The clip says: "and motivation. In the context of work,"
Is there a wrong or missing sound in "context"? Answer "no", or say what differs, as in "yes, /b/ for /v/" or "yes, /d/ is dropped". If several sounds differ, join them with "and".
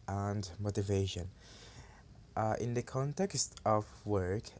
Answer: no